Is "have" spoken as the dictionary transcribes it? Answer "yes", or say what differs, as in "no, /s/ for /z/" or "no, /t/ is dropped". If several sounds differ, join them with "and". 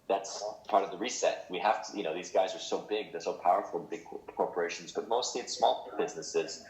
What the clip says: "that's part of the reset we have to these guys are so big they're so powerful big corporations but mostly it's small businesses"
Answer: no, /f/ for /v/